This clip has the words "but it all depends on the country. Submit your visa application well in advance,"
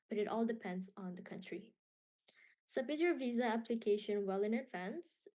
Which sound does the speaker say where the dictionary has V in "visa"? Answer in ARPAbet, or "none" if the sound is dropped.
V